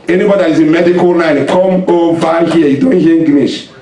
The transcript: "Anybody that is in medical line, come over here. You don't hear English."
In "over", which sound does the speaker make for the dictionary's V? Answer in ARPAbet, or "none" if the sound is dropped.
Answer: B